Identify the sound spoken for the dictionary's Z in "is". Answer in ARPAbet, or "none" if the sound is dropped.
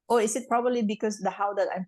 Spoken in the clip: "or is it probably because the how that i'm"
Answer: S